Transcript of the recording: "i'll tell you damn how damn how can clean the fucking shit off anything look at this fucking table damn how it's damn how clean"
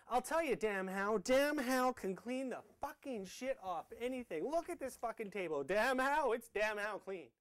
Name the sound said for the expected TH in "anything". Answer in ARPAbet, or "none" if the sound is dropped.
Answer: TH